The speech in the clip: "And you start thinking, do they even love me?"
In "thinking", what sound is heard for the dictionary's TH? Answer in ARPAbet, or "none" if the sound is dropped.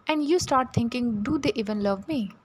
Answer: T